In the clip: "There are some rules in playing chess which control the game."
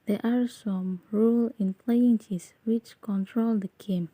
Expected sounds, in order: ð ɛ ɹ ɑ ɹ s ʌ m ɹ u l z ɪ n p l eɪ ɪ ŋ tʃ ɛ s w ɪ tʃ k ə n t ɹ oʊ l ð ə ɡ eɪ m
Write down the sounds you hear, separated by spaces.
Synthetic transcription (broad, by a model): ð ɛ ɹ ɑ ɹ s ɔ m ɹ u l ɪ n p l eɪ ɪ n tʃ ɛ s w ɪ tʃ k ə n t ɹ oʊ l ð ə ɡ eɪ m